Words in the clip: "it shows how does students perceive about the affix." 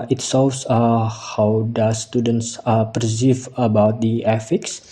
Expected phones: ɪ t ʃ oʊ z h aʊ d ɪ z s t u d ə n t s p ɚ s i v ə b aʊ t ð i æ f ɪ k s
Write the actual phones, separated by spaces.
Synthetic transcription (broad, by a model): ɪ t s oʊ s h aʊ d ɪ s t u d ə n t s p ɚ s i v ə b aʊ t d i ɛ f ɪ k s